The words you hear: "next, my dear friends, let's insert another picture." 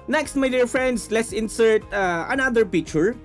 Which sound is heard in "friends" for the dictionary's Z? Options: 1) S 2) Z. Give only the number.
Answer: 1